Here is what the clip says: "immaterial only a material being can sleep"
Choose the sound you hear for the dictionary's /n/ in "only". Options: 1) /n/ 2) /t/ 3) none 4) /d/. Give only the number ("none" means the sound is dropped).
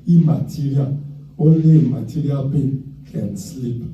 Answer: 3